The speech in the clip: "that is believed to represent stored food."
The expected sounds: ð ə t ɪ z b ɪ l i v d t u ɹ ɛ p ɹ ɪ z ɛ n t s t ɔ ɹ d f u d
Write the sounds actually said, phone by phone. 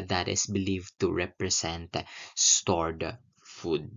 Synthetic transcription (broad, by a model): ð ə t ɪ s b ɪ l i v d t u ɹ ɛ p ɹ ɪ s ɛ n t s t ɔ ɹ d f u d